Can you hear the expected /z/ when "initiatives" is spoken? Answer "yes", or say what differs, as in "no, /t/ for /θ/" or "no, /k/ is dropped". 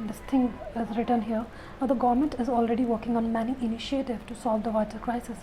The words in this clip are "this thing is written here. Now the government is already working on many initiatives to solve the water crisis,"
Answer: no, /z/ is dropped